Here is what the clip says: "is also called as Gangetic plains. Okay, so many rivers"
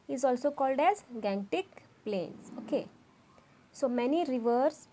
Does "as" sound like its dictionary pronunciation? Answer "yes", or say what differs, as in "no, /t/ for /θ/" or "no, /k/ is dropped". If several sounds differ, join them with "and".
yes